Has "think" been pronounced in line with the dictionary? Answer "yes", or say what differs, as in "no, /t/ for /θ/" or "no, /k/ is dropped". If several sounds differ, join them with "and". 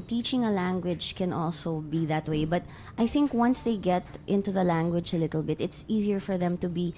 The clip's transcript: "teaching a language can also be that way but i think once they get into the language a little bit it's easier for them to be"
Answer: yes